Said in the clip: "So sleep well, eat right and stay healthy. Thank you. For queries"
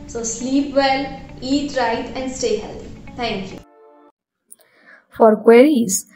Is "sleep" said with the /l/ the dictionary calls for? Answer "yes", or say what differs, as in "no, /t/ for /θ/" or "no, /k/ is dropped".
yes